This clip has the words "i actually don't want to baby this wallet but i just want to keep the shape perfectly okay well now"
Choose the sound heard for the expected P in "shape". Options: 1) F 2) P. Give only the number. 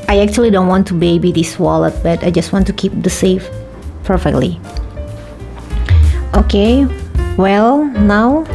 1